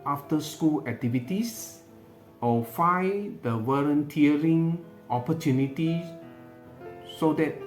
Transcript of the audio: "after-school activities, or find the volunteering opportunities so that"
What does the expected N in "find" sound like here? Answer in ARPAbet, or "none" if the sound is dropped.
none